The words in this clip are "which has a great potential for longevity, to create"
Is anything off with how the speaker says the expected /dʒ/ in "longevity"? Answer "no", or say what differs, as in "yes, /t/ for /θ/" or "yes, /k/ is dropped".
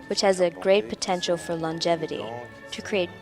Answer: no